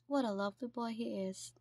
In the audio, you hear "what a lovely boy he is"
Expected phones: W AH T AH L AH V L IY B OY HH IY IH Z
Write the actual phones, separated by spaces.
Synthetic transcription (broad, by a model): W AH T AH L AH V L IY B OY HH IY IH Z